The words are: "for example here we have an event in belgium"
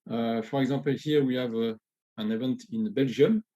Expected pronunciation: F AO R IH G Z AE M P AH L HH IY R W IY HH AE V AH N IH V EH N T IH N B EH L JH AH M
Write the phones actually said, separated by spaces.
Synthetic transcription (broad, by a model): F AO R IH G Z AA P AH L HH IY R W IY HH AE V AH N IH V EH N T IH N B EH L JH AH M